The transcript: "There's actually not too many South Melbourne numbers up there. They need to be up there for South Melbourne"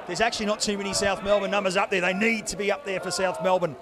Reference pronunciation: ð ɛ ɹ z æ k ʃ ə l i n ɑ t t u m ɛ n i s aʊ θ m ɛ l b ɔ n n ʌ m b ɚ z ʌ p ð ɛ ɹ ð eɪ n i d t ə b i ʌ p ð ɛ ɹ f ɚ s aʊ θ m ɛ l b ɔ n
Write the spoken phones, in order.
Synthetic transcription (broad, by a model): ð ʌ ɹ z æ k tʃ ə l i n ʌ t t u m ɛ n i s aʊ θ m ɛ l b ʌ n n ʌ m b ɚ z ʌ p ð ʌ ɹ ð eɪ n i d t ə b i ʌ p ð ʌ ɹ f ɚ s aʊ θ m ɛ l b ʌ n